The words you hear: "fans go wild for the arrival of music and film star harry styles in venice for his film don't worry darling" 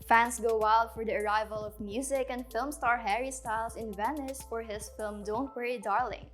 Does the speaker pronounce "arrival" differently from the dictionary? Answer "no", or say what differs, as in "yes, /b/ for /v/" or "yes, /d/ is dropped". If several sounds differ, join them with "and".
no